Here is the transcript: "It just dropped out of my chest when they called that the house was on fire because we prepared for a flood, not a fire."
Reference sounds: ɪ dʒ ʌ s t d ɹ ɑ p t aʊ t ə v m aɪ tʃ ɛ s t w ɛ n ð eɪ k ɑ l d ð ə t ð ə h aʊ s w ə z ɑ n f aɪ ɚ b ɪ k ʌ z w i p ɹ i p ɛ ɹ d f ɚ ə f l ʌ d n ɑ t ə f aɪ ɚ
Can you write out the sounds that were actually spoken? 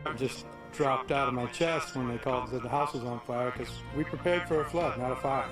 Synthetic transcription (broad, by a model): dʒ ʌ s d ɹ ɑ p t aʊ t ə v m aɪ tʃ ɛ s t w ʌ n ð eɪ k ɑ l d ð ə t ð ə h aʊ s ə z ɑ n f aɪ ɚ k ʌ z w i p ɹ i p ɛ ɹ d f ɚ ə f l ʌ d n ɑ t ə f aɪ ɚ